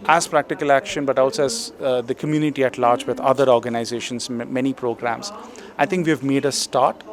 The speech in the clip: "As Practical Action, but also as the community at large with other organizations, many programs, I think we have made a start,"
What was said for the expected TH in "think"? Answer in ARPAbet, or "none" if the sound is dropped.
T